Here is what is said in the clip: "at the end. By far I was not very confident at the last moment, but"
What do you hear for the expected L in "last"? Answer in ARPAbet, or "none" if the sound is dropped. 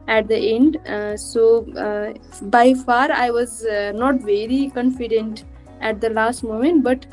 L